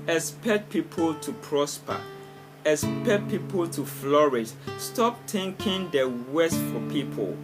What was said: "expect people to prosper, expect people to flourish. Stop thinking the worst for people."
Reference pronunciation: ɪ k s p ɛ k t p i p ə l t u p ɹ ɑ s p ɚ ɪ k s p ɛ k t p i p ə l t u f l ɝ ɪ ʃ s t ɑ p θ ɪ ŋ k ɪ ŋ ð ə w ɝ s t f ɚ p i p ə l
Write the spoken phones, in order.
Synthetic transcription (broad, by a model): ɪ s p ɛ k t p i p ə l t u p ɹ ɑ s p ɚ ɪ s p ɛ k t p i p ə l t u f l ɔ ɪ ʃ s t ɑ p t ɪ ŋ k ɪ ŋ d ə w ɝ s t f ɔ p i p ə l